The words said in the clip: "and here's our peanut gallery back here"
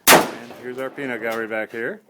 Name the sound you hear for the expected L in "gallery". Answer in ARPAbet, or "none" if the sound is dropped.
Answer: none